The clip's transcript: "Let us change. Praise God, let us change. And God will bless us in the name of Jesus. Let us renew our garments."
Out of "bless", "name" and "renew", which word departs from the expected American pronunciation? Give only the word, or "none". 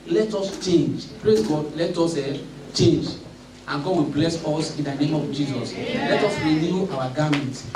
none